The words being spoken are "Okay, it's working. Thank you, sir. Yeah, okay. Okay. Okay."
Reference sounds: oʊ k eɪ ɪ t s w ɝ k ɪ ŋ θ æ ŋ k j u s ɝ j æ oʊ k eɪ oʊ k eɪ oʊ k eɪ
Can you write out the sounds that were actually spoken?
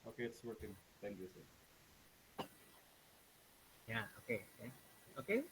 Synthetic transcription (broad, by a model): oʊ k eɪ ɪ t s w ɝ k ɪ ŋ t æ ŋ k j u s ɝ j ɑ oʊ k eɪ oʊ k eɪ oʊ k eɪ